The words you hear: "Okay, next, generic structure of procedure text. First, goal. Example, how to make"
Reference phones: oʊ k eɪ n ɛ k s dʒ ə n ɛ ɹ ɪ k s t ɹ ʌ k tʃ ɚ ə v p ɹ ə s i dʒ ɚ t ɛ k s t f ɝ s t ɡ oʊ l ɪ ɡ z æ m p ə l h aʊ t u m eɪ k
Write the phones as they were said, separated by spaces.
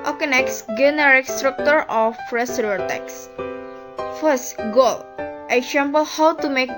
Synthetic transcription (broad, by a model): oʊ k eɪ n ɛ k s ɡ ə n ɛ ɹ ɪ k s t ɹ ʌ k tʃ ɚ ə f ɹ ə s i ɚ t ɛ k s f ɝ s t ɡ oʊ l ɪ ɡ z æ m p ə l h aʊ t u m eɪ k